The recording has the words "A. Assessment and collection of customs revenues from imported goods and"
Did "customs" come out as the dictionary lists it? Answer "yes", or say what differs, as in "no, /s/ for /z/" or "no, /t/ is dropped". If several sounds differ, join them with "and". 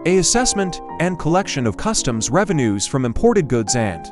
yes